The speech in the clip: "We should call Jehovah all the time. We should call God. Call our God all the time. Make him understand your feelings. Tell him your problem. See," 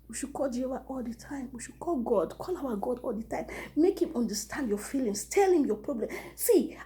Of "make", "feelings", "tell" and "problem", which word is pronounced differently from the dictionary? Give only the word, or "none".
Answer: feelings